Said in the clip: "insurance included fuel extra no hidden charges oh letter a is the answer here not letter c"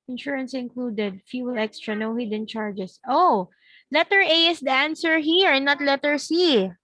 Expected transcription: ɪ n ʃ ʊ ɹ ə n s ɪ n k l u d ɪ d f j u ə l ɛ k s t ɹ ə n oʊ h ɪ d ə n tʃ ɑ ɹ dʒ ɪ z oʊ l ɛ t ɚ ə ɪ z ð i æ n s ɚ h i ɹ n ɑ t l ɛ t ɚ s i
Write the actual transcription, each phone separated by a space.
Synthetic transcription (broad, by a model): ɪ n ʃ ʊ ɹ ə n s ɪ n k l u d ɪ d f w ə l ɛ k s t ɹ ə n oʊ h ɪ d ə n tʃ ɑ ɹ dʒ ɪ s oʊ l ɛ t ɚ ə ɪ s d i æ n s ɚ h i ɹ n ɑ t l ɛ t ɚ s i